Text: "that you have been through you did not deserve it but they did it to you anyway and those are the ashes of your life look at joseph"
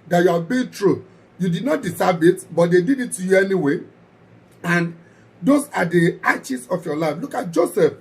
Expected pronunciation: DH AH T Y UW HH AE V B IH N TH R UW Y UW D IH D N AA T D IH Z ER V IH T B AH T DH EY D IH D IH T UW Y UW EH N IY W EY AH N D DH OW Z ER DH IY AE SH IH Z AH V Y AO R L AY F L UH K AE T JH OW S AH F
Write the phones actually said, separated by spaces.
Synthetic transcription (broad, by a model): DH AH T Y UW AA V B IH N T R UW Y UW D IH D N AA T D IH S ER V IH T B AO T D EY D IH D IH T UW Y UW EH N IY W EY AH N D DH OW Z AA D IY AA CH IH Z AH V Y AO L AY F L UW K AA T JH OW S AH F